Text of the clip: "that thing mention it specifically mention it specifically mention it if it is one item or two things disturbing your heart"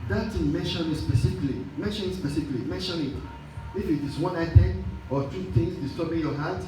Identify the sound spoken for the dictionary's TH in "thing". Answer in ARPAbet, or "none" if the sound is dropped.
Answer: T